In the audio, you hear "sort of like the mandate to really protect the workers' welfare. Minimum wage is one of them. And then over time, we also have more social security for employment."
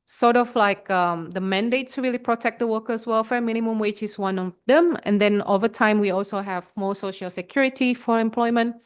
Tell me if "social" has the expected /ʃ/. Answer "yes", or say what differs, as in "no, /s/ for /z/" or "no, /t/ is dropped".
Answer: yes